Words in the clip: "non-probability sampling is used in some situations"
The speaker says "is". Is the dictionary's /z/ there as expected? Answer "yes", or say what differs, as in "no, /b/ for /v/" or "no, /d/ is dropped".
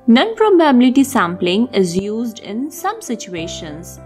yes